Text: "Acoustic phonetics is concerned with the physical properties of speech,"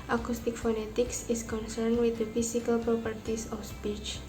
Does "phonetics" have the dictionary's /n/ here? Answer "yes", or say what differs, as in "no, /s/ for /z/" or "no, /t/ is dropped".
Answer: yes